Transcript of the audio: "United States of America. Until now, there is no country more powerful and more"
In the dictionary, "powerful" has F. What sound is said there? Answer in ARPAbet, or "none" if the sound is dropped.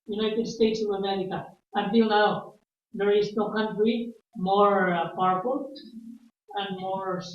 P